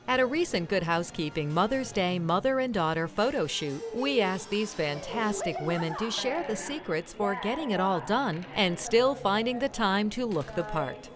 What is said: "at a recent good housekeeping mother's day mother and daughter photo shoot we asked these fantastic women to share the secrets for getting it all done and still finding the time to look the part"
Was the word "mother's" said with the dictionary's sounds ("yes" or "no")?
yes